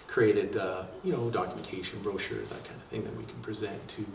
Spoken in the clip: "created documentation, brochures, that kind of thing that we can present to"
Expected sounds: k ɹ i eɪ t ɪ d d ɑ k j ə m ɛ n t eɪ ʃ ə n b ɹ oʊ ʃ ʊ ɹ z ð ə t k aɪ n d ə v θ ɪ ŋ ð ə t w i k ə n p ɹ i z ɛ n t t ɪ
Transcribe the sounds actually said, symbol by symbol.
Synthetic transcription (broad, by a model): k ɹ i eɪ t ɪ d d ɑ k j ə m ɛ n t eɪ ʃ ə n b ɹ oʊ ʃ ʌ ɹ z ð ə t k aɪ n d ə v θ ɪ ŋ ð ə t w i k n p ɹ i z ɛ n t t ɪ